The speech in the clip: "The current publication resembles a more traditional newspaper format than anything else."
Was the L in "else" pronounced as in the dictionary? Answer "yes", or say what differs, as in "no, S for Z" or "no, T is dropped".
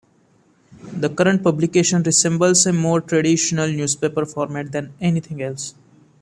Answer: yes